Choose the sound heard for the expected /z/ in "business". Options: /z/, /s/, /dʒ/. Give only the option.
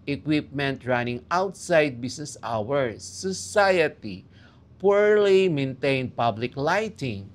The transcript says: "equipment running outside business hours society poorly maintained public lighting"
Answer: /s/